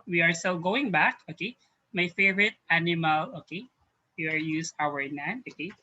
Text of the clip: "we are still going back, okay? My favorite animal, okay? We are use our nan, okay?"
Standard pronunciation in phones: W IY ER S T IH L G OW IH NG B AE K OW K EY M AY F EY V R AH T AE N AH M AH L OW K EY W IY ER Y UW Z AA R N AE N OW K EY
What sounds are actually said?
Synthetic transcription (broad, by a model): W IY ER S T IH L G OW IH NG B AE K OW K EY M AY F EY V R AH T AE N AH M AH L OW K EY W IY ER Y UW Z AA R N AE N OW K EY